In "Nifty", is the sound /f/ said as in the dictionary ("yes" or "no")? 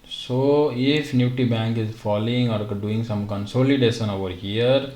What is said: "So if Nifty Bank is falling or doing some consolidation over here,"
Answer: no